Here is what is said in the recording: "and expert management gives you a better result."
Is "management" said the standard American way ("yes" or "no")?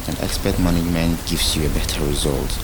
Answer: no